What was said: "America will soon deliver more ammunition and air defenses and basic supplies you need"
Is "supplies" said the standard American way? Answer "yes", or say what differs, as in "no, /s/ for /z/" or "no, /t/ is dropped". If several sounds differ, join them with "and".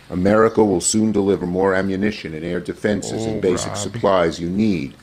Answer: yes